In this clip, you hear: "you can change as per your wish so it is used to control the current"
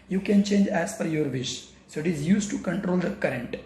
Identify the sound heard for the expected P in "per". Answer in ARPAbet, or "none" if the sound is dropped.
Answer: F